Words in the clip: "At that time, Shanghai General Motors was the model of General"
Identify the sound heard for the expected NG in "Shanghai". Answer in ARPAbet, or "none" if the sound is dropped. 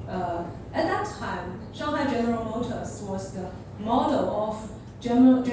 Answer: none